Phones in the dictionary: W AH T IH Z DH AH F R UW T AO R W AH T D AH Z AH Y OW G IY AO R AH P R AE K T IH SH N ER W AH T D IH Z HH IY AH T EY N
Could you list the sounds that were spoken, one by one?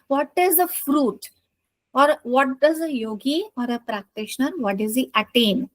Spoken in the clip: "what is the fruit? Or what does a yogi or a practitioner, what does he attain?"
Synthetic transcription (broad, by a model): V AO T IH Z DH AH F R UW T AO R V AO T D AH Z AH Y OW G IY AO R AH P R AE K T IH SH N ER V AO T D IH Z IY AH T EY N